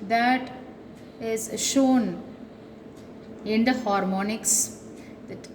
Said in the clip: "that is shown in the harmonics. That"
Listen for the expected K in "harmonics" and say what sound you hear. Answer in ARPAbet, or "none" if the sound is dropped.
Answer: K